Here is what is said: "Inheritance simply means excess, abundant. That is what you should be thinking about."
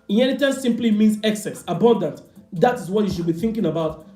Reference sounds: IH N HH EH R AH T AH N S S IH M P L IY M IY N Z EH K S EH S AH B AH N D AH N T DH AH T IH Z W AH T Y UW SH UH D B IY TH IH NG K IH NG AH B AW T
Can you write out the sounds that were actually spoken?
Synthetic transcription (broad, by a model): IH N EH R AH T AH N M S IH M P L IY M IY N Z EH K S EH S AH B AH N D AH N T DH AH T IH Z W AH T Y UW SH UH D B IY TH IH NG K IH NG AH B AW T